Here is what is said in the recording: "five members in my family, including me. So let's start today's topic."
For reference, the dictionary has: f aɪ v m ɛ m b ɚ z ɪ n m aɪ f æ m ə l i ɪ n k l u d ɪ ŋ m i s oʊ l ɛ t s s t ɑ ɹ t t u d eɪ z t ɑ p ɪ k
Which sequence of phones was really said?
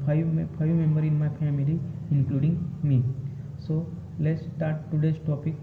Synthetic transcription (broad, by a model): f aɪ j m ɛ m b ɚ ɪ n m aɪ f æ m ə l i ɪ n k l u d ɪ ŋ m i s oʊ l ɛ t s s t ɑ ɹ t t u d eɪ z t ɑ p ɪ k